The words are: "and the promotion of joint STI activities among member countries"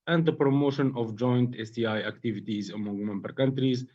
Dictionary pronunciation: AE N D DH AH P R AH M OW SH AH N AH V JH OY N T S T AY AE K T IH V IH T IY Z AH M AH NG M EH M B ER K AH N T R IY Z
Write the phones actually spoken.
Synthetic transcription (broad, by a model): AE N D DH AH P R AH M OW SH AH N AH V JH OY N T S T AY AE K T IH V IH T IY Z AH M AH NG M EH M B ER K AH N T R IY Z